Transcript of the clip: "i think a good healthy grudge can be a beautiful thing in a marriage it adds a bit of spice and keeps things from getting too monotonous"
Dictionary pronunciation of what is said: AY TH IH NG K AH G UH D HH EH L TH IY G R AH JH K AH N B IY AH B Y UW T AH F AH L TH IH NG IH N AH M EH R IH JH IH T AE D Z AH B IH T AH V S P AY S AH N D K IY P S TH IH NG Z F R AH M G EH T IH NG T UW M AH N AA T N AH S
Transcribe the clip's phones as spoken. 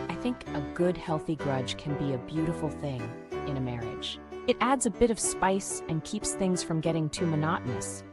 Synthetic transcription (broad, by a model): AY TH IH NG K AH G UH D HH EH L TH IY G R AH JH K AH N B IY AH B Y UW T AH F L TH IH NG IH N AH M EH R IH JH IH T AE D Z AH B IH T AH V S P AY S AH N K IY P S TH IH NG Z F R AH M G EH T IH NG T UW M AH N AA T N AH S